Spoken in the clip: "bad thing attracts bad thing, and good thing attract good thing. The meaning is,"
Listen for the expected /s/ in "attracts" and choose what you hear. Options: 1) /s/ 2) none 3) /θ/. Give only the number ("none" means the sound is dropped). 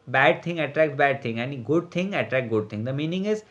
2